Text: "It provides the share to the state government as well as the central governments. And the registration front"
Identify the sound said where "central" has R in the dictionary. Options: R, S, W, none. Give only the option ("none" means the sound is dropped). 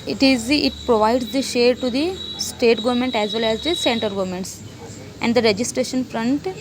none